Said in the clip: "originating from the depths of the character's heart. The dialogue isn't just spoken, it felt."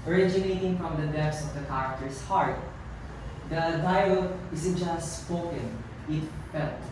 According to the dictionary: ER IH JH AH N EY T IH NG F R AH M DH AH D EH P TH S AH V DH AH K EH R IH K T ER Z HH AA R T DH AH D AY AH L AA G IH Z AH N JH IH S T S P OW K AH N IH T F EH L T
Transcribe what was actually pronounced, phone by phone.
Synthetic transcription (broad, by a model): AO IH JH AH N EY T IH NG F R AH M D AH D EH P S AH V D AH K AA R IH K T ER S HH AA R T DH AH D AY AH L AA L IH S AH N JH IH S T S P OW K AH N IH T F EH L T